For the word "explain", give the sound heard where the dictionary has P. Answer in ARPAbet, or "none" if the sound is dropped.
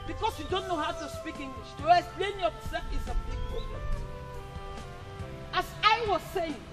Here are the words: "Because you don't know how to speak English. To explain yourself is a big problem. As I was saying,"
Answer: none